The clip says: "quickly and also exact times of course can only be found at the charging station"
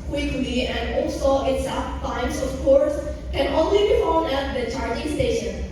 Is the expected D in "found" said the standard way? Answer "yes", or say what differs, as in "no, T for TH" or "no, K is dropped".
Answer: no, D is dropped